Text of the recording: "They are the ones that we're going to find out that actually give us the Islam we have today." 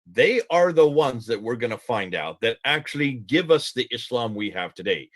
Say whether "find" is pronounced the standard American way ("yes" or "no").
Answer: yes